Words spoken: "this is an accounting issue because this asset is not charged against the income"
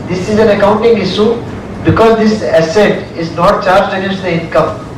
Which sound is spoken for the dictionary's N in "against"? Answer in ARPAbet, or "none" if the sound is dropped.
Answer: none